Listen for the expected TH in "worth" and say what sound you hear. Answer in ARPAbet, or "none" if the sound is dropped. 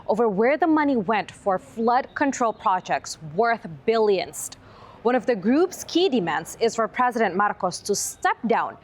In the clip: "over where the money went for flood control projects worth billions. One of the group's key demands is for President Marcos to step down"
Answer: TH